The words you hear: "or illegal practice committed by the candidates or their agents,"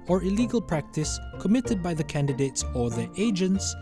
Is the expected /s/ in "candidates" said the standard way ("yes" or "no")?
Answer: yes